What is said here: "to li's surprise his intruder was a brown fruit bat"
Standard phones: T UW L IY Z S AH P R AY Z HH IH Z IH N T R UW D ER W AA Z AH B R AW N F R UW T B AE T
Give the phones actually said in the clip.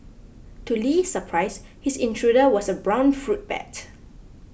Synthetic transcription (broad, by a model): T UW L IY S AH P R AY S HH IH S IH N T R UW D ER W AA S AH B R AW N F R UW T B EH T